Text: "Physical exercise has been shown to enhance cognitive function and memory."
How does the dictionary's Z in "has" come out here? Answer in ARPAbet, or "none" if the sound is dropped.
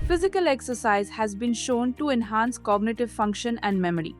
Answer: Z